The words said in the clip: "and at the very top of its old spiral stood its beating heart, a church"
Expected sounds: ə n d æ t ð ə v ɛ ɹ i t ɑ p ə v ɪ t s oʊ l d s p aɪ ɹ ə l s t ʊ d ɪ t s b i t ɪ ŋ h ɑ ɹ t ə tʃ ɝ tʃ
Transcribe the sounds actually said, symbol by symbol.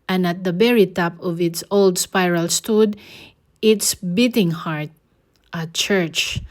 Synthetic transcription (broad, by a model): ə n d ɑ t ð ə b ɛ ɹ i t ɑ p ə v ɪ t s oʊ l d s p aɪ ɹ ə l s t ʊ d ɪ t s b i t ɪ ŋ h ɑ ɹ t ə tʃ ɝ tʃ